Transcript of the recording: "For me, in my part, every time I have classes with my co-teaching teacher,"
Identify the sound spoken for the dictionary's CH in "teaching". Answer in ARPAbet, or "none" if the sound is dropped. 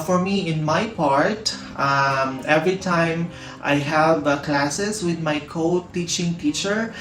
CH